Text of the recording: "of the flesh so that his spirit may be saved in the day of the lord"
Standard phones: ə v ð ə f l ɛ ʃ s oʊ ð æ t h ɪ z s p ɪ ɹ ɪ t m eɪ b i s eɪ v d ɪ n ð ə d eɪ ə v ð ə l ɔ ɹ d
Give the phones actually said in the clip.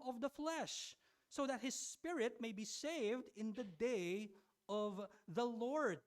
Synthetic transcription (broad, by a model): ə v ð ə f l ɛ ʃ s oʊ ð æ t h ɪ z s p ɪ ɹ ɪ t m eɪ b i s eɪ v d ɪ n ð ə d eɪ ə v ð ə l ɔ ɹ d